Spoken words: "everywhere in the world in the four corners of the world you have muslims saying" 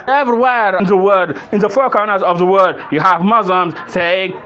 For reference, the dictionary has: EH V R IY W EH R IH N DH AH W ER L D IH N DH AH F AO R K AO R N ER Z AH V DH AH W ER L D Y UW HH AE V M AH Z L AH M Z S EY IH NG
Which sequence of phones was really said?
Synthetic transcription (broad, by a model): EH V R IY W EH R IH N DH AH W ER D IH N DH AH F AO R K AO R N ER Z AH V DH AH W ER D Y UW HH AE V M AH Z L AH M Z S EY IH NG